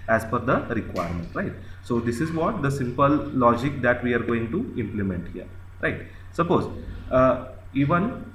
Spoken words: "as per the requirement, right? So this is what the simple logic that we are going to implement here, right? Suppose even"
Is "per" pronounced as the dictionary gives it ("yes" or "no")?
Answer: no